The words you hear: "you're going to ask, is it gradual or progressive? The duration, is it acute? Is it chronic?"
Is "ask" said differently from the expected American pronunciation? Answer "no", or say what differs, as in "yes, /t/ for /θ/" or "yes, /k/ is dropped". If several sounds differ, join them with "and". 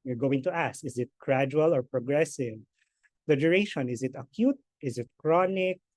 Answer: yes, /k/ is dropped